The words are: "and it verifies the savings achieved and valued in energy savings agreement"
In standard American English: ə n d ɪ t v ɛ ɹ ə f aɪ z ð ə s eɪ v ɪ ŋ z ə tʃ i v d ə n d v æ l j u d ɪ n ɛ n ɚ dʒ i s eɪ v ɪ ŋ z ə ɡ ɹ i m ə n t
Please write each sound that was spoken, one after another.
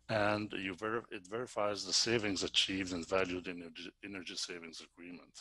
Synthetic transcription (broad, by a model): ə n d ɪ t v ɛ ɹ ə f aɪ z ð ə s eɪ v ɪ ŋ z ə tʃ i v d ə n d v æ l j u d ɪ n ɛ n ɚ dʒ i s eɪ v ɪ ŋ z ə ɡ ɹ i m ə n t